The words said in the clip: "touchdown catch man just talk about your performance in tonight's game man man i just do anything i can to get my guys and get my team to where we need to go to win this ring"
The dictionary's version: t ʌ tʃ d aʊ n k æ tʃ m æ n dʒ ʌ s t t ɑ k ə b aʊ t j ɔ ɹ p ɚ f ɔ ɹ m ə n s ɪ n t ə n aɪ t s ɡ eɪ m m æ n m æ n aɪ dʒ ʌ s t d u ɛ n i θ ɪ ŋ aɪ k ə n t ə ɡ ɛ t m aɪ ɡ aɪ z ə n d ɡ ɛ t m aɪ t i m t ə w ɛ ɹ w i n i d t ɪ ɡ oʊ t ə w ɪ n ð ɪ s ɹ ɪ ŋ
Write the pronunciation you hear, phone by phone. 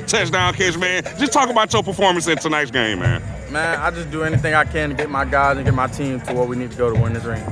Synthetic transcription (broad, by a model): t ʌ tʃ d aʊ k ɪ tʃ m æ n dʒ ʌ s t t ɑ k ə b aʊ t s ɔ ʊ p ɚ f ɔ ɹ m ə n s ɪ n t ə n aɪ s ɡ eɪ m m æ n m æ n aɪ dʒ ʌ s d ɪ ɛ n i θ ɪ ŋ aɪ k ə n ɡ ɛ t m aɪ ɡ aɪ z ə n ɡ ɛ t m aɪ t i m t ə w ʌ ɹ w i n i d t ɪ ɡ oʊ t ə w ɪ n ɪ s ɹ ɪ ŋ